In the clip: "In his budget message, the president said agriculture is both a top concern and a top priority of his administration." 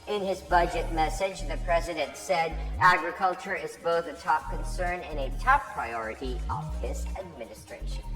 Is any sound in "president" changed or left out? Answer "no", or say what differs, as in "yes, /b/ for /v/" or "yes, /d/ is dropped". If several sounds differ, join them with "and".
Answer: no